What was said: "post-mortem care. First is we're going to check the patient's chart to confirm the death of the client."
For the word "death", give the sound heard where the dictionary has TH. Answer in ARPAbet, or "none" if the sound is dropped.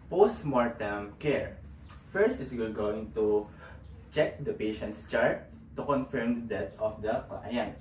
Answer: T